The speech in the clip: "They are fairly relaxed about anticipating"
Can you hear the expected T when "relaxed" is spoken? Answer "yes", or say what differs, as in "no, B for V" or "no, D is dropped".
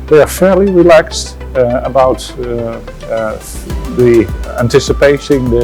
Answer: yes